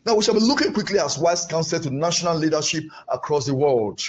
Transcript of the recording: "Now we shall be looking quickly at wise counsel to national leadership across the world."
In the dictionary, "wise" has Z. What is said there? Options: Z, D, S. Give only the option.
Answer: S